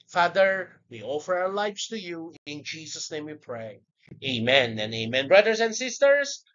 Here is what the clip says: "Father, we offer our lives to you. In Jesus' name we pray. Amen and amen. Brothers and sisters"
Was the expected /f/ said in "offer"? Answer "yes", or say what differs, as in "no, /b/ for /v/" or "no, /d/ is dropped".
yes